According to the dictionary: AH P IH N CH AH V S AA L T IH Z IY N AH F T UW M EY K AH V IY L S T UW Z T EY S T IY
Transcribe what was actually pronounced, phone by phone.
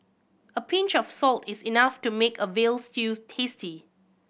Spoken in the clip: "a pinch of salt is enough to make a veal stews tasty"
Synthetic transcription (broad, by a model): AH P IH N CH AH F S AA L T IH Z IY N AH F T UW M EY K AH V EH L S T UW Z T EY S T IY